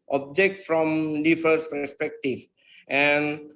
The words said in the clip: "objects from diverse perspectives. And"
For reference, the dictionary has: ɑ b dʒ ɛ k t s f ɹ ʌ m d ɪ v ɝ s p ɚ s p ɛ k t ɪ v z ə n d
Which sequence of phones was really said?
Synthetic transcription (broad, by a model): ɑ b dʒ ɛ k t f ɹ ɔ m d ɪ f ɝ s p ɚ s p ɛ k t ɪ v ə n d